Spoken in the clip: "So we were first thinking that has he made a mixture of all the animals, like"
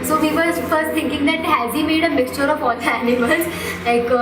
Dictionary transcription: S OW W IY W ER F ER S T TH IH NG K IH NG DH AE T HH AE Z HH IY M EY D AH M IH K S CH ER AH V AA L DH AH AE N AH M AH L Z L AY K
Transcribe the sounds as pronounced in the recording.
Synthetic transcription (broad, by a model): S OW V IY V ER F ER S T T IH NG K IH NG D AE T HH AE Z HH IY M EY D AH M IH K S CH ER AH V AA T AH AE N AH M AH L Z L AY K